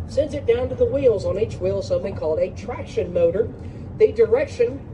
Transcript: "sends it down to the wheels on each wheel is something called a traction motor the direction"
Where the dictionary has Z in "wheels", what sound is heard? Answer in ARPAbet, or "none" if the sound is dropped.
Z